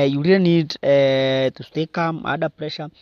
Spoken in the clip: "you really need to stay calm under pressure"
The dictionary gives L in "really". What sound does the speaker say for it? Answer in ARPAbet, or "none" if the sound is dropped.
none